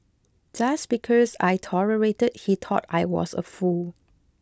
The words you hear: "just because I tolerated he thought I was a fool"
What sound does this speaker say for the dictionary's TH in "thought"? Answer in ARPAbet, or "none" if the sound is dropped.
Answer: T